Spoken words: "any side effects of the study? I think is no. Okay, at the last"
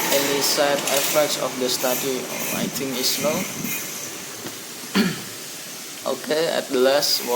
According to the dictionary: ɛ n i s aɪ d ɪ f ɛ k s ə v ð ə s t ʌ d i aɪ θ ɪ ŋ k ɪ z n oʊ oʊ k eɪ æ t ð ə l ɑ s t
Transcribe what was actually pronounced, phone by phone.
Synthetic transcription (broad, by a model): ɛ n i s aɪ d ɪ f ɛ k s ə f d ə s t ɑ d i aɪ t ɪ ŋ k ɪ s n oʊ oʊ k eɪ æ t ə l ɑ s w